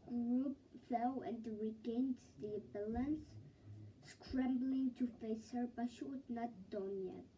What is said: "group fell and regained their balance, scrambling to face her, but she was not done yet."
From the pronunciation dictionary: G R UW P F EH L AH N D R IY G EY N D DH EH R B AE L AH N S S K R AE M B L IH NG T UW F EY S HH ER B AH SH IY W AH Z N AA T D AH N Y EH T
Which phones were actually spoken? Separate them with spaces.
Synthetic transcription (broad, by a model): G R UW P F EH L AH N D R IY G EY N D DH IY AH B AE L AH N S S K R AE M B L IH NG T UW F EY S HH ER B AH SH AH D N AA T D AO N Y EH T